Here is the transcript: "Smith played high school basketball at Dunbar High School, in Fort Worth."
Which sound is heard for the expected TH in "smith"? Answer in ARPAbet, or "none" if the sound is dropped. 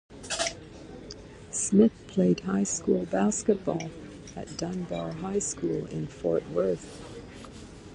TH